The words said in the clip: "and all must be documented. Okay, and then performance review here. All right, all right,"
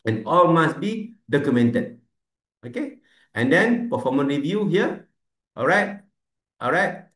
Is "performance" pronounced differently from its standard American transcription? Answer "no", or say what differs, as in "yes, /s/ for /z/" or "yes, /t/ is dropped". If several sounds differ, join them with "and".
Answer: yes, /s/ is dropped